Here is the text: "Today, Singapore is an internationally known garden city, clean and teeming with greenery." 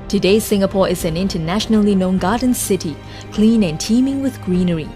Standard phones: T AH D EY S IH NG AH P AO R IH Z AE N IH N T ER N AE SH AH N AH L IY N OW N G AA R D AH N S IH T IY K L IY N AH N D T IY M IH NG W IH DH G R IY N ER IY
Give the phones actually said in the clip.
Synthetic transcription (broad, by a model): T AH D EY S IH NG AH P AO R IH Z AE N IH N T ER N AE SH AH N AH L IY N OW N G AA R D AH N S IH T IY K L IY N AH N T IY M IH NG W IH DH G R IY N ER IY